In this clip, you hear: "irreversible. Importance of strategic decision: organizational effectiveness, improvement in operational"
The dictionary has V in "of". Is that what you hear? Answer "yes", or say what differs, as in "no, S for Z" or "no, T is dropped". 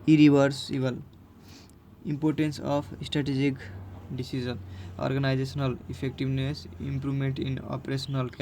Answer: no, P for V